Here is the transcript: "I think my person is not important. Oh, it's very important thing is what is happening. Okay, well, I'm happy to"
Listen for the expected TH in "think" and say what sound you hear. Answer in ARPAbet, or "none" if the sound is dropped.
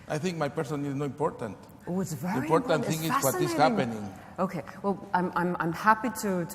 TH